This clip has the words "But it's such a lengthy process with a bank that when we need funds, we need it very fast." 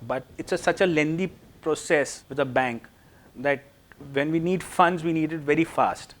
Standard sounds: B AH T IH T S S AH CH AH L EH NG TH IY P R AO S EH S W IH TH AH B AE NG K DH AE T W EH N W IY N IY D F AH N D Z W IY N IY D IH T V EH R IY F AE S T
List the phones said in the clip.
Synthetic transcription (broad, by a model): B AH T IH T S S AH CH AH L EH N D IY P R AO S EH S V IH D AH B AE NG K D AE T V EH N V IY N IY D F AH N D Z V IY N IY D IH T V EH R IY F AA S T